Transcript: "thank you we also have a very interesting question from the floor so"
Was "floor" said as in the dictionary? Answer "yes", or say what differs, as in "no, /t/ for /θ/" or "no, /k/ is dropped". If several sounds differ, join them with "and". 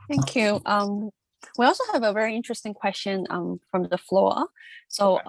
yes